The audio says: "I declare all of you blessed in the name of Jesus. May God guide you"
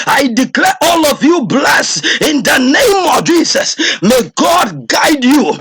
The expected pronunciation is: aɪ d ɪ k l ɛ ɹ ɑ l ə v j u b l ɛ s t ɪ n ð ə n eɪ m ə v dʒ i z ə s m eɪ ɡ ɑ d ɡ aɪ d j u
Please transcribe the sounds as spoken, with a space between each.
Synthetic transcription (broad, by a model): aɪ d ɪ k l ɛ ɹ ɑ l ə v j u b l ɛ s ɪ n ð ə n eɪ m ə v dʒ i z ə s m eɪ ɡ ɑ d ɡ aɪ d j u